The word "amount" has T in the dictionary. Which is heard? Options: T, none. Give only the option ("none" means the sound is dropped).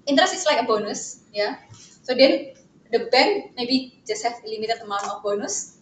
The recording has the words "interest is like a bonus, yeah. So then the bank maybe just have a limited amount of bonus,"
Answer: none